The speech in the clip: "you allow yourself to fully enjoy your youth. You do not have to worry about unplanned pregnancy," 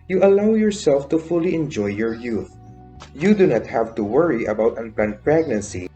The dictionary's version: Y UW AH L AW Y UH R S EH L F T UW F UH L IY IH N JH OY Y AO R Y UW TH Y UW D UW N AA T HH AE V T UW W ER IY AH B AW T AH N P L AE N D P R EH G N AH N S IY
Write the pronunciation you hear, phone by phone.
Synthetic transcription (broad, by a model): Y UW AH L AW Y UH R S EH L F T UW F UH L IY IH N JH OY Y AO R Y UW TH Y UW D UW N AA T HH AE V T UW W ER IY AH B AW T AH N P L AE N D P R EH G N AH N S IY